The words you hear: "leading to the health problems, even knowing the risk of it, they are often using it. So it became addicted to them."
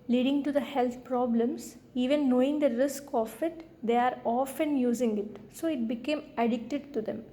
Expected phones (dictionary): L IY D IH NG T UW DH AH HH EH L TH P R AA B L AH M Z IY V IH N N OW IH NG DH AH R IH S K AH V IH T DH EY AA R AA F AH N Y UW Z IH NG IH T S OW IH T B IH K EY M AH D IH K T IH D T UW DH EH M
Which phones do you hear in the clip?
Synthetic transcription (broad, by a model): L IY D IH NG T UW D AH HH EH L T P R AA B L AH M S IY V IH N N OW IH NG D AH R IH S K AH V IH T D EY AA R AA F AH N Y UW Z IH NG IH T S OW IH T B IH K EY M AH D IH K T IH D T UW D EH M